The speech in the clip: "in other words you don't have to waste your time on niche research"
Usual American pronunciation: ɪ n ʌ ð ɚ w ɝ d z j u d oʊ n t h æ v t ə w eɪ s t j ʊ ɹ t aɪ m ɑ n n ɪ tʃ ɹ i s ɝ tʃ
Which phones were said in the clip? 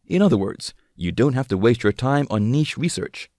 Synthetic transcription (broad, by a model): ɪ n ʌ ð ɚ w ɝ d z j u d oʊ n t h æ f t ə w eɪ s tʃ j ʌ ɹ t aɪ m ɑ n n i ʃ ɹ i s ɝ tʃ